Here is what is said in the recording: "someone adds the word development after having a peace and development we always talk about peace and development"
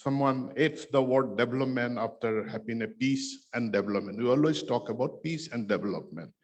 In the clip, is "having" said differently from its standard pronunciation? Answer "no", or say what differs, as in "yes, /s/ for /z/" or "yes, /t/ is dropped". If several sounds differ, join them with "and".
yes, /b/ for /v/